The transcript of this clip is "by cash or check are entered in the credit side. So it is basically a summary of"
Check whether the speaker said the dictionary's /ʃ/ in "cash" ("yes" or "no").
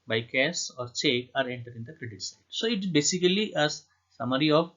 no